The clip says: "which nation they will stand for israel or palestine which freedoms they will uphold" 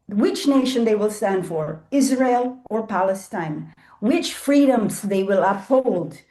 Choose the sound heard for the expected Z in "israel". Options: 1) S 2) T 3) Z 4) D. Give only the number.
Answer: 3